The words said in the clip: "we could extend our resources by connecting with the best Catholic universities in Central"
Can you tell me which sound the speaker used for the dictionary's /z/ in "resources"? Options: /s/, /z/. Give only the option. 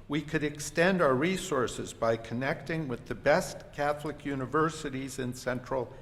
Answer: /z/